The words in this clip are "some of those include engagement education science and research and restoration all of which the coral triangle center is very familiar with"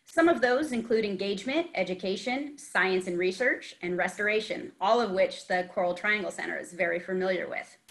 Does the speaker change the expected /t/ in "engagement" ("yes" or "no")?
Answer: no